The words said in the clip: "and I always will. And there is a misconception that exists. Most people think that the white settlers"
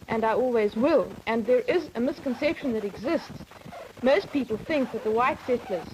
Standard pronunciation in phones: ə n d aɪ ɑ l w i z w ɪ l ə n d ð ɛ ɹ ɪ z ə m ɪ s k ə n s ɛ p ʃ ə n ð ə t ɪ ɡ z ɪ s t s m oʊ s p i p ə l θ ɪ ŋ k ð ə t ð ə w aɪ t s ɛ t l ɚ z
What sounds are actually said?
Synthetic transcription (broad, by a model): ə n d aɪ ɑ l w i z w ɪ l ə n ð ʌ ɹ ɪ z ə m ɪ s k ə n s ɛ p ʃ ə n ð ə t ɪ ɡ z ɪ s t s m oʊ s p i p ə l θ ɪ ŋ k ð ə t ð ə w aɪ t s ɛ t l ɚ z